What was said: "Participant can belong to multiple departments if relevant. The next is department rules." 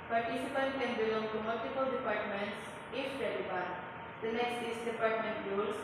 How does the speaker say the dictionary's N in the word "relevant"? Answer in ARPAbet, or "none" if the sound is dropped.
none